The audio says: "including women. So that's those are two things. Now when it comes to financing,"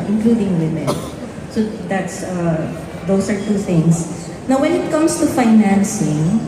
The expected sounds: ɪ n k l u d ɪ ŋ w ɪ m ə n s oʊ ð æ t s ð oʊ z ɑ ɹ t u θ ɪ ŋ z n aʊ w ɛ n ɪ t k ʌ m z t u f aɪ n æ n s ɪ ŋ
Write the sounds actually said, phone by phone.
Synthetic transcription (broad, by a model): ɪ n k l u d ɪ ŋ w ɪ m ə n s oʊ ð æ t s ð oʊ s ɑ ɹ t u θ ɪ ŋ s n aʊ w ɛ n ɪ t k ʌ m s t u f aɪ n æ n s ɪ ŋ